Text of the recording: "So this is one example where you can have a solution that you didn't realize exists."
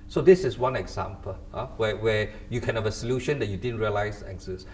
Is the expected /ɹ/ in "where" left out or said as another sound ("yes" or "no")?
yes